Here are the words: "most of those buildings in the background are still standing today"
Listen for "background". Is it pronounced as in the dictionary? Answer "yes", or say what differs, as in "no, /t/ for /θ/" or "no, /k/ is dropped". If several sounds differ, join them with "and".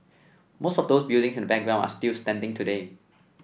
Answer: no, /d/ is dropped